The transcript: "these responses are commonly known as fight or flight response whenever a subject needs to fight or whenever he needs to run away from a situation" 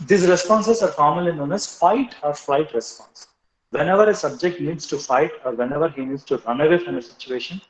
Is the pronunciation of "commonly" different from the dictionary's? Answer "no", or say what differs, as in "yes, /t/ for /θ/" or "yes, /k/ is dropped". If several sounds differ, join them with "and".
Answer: yes, /n/ is dropped